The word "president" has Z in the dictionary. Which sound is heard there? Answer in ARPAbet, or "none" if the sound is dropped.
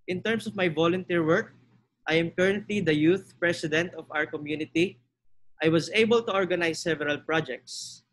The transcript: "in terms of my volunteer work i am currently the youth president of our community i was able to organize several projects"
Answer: S